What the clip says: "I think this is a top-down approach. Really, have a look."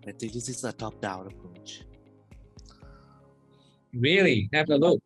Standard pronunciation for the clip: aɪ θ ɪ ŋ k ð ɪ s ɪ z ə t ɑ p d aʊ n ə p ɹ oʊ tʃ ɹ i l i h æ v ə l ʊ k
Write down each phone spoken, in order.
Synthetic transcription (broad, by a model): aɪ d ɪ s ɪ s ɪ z ə t ɑ p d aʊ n ə p ɹ oʊ tʃ ɹ i l i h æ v ə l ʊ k